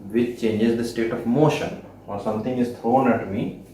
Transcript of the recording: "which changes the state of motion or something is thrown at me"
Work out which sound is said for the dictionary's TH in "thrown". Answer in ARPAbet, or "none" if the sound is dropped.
T